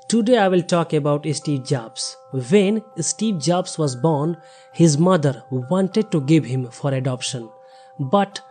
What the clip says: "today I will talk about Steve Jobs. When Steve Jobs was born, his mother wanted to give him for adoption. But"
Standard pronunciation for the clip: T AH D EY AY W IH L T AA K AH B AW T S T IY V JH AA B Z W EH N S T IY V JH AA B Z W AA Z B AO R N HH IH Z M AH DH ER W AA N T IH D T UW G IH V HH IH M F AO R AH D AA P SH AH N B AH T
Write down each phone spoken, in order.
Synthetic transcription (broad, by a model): T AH D EY AY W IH L T AA K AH B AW T S T IY V JH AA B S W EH N S T IY V JH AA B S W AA Z B AO R N HH IH Z M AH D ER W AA N T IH D T UW G IH V HH IH M F AO R AH D AA P SH AH N B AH T